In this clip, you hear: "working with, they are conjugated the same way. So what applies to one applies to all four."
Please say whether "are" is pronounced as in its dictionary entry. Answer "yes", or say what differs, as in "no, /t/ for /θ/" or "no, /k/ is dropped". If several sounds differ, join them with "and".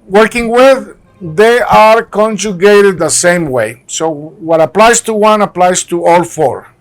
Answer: yes